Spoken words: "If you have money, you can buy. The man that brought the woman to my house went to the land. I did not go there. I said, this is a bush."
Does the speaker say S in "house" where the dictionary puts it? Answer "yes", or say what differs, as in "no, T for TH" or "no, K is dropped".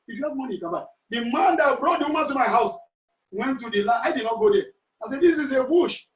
yes